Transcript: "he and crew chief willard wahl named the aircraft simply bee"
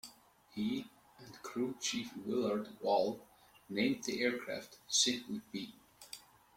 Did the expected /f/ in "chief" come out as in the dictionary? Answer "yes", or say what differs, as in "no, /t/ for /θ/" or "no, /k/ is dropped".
yes